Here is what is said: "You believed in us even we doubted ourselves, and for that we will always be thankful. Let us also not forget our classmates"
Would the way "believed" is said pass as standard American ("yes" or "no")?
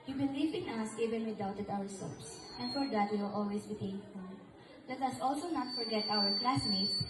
no